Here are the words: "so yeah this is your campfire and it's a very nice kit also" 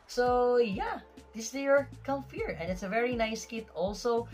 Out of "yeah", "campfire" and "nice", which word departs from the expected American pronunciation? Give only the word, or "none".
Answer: campfire